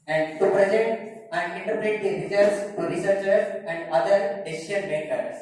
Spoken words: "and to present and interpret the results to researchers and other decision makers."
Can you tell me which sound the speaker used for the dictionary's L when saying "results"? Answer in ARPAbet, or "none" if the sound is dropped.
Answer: none